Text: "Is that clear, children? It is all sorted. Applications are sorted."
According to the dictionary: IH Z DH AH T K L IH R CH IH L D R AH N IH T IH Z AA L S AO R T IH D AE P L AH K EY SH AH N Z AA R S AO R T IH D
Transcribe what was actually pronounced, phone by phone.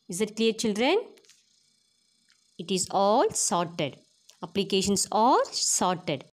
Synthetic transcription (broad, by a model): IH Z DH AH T K L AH R CH IH L D R AH N IH T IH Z AA L S AO R T IH D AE P L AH K EY SH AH N S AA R S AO R T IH D